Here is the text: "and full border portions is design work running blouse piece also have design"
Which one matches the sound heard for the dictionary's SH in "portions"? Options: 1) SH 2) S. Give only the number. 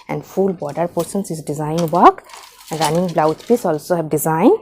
2